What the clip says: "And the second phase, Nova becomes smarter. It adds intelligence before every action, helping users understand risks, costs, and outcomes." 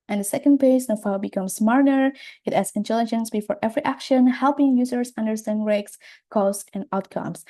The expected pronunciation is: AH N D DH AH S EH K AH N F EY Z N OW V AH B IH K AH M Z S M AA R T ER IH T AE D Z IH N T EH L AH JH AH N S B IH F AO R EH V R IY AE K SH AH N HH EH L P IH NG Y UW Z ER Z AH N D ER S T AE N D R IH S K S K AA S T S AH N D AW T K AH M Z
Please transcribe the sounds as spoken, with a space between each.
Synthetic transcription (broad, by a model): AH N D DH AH S EH K AH N P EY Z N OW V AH B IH K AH M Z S M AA R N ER IH T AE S IH N T EH L AH JH AH N S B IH F AO R EH V R IY AE K SH AH N HH EH L P IH NG Y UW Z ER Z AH N D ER S T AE N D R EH K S K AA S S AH N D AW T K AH M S